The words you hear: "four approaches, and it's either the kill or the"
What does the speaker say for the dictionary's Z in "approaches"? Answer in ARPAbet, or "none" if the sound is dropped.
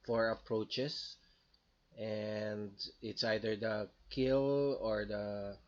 S